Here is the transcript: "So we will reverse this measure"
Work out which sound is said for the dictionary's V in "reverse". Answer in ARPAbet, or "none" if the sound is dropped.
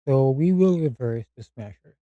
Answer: V